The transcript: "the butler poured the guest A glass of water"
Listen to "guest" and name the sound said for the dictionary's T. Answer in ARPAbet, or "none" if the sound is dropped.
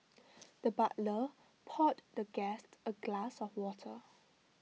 T